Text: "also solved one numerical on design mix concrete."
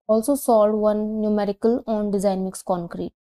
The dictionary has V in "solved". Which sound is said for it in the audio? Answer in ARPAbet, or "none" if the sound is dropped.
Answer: none